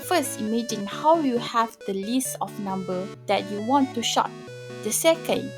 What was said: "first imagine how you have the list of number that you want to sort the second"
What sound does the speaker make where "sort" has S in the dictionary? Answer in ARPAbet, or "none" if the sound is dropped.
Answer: SH